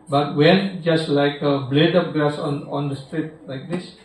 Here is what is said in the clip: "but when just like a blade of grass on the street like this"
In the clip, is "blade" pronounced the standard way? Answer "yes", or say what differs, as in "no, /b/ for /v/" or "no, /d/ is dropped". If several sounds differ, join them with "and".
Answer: yes